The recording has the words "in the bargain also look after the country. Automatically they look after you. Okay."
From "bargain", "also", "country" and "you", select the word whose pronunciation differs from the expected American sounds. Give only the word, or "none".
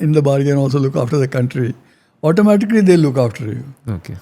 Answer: none